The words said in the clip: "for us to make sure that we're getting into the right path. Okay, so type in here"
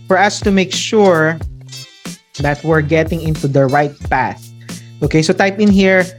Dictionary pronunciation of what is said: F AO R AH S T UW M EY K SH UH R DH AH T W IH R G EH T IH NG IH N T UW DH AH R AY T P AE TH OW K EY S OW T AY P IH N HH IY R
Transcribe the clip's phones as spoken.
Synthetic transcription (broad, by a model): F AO R AH S T UW M EY K SH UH R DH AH T W IH R G EH T IH NG IH N T UW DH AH R AY T P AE TH OW K EY S OW T AY P IH N HH IY R